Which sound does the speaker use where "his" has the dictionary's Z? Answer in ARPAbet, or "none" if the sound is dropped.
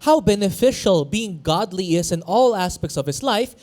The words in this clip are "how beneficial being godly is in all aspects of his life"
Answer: S